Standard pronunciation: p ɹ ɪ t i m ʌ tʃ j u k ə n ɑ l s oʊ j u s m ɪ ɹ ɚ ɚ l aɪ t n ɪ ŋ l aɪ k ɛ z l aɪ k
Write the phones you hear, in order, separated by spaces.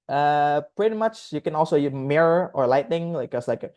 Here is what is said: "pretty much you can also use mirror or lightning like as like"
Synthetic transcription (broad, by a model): p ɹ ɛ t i m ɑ tʃ j u k ə n ɑ l s oʊ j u m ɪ ɹ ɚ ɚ l aɪ t n ɪ ŋ l aɪ k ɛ s l aɪ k